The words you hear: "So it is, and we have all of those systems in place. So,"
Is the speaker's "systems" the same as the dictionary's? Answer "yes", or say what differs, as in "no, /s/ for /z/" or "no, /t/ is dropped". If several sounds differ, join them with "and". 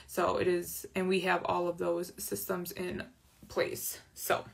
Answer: yes